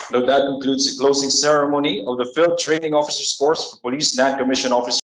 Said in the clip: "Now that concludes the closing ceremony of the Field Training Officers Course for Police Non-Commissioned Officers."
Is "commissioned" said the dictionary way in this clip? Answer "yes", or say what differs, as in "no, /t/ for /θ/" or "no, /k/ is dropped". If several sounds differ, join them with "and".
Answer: no, /d/ is dropped